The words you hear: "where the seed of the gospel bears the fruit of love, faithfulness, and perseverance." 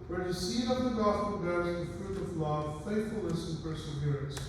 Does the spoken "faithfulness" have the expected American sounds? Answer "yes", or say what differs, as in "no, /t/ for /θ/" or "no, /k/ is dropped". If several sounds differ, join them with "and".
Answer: no, /n/ is dropped